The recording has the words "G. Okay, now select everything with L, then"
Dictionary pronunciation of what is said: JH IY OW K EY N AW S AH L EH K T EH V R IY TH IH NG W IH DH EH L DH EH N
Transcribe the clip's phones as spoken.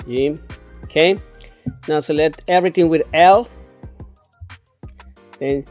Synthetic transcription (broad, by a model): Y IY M K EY N AW S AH L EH T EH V R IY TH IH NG W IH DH EH L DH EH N